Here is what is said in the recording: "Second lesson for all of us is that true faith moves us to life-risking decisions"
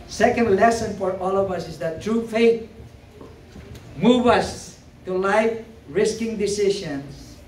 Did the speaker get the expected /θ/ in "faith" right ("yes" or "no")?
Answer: no